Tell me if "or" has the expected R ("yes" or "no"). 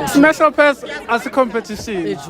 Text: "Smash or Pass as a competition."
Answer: no